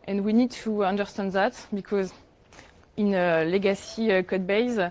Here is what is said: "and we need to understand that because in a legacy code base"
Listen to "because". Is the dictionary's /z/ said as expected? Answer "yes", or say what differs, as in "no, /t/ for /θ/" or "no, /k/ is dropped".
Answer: yes